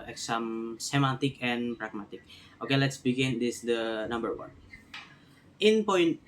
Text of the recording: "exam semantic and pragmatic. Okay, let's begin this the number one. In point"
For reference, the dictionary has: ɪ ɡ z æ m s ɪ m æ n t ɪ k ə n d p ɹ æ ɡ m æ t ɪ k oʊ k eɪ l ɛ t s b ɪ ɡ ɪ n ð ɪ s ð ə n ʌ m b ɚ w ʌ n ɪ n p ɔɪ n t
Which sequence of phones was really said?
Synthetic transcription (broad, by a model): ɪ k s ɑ m s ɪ m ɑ t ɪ k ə n p ɹ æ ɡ m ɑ t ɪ k oʊ k eɪ l ɛ t s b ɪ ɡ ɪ n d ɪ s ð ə n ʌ m b ɚ w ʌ n ɪ n p ɔɪ n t